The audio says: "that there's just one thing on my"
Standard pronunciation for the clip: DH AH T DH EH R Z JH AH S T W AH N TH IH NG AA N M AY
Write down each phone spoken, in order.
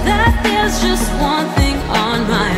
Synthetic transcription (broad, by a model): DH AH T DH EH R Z JH AH S T W AH N TH IH NG N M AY